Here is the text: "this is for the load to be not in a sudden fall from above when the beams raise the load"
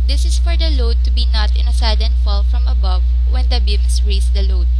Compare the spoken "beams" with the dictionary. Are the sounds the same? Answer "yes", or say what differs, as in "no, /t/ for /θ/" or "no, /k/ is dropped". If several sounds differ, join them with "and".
no, /s/ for /z/